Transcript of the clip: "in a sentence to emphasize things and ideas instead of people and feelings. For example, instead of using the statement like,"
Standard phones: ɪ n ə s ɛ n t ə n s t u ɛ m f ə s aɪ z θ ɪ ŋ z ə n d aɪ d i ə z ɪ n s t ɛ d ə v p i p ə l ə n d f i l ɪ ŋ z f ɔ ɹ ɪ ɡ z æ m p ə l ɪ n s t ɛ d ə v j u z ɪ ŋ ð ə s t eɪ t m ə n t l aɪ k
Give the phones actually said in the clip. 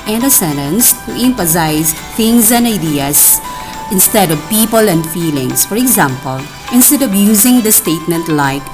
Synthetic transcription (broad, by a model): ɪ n ə s ɛ n t ə n s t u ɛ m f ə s aɪ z t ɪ ŋ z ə n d aɪ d i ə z ɪ n s t ɛ d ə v p i p ə l ə n d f i l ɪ ŋ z f ɔ ɹ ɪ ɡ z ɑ m p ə l ɪ n s t ɛ d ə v j u z ɪ ŋ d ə s t eɪ t m ə n t l aɪ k